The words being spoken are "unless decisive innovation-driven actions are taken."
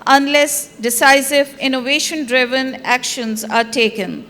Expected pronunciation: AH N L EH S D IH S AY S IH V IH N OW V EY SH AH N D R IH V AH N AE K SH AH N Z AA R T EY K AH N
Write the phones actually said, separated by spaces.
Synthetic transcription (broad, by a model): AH N L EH S D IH S AY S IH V IH N OW V EY SH AH N D R IH V AH N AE K SH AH N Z AA R T EY K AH N